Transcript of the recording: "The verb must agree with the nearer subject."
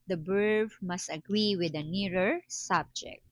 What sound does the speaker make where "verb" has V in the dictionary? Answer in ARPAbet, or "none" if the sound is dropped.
B